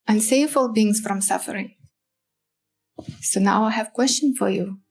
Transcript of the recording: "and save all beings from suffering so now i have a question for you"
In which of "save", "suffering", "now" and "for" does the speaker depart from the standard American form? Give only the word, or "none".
save